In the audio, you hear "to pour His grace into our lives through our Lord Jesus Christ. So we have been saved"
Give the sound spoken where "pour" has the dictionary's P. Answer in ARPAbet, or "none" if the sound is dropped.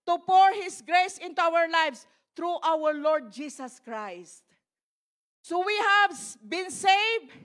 P